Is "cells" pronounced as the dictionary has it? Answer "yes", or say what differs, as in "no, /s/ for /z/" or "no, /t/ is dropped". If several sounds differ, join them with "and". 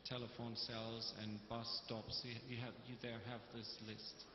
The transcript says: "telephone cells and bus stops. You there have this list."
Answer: yes